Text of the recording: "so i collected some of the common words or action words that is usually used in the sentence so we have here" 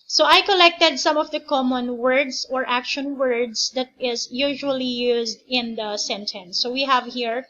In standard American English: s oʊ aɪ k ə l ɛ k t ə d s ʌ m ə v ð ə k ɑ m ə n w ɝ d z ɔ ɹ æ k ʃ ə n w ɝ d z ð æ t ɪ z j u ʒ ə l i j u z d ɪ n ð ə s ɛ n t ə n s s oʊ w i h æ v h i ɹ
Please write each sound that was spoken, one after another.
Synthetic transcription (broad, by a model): s oʊ aɪ k ə l ɛ k t ə d s ʌ m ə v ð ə k ɑ m ə n w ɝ d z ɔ ɹ æ k ʃ ə n w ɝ d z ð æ t ɪ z j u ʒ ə l i j u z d ɪ n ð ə s ɛ n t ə n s s oʊ w i h æ v h i ɹ